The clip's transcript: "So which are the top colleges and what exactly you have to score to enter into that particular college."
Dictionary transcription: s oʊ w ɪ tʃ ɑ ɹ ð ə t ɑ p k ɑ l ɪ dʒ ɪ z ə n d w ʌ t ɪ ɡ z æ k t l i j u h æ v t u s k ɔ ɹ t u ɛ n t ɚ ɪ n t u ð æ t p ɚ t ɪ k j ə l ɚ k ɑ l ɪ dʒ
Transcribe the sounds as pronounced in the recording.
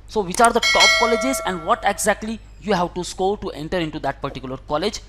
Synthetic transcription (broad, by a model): s oʊ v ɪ tʃ ɑ ɹ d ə t ɑ p k ɑ l ɪ dʒ ɪ z ə n d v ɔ t ɪ ɡ z æ k t l i j u h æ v t u s k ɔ l t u ɛ n t ɚ ɪ n t u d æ t p ɚ t ɪ k j ə l ɚ k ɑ l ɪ dʒ